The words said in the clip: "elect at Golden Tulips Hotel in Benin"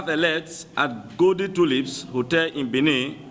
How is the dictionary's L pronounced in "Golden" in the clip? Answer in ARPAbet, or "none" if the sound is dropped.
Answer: none